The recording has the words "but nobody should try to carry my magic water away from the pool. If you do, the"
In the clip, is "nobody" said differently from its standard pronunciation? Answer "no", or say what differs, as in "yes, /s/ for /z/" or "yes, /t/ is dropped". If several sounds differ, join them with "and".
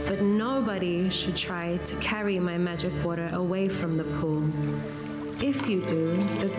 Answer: no